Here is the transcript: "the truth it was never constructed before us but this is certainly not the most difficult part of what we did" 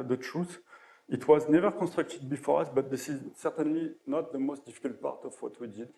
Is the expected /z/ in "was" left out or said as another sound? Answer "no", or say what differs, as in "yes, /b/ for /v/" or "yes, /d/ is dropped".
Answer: no